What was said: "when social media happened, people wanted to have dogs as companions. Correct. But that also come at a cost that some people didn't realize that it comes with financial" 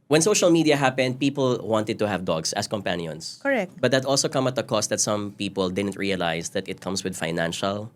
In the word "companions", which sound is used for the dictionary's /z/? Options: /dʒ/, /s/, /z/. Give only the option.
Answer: /s/